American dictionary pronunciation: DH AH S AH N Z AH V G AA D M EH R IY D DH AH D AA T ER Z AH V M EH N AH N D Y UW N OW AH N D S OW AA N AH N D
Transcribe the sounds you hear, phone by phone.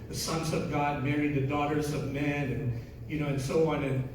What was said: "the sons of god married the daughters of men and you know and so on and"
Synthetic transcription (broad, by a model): DH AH S AH N Z AH V G AA D M EH R IY D DH AH D AA T ER Z AH V M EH N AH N Y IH N OW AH N S OW AA N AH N